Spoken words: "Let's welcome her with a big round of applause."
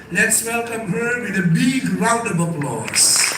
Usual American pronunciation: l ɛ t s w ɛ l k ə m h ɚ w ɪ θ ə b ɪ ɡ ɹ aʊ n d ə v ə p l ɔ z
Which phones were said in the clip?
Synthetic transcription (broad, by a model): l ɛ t s w ɛ l k ə m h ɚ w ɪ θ ə b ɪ ɡ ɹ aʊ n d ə b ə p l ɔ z